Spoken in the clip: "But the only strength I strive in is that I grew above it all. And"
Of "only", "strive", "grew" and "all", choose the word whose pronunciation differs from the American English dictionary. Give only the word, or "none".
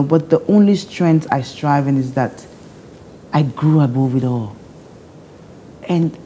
none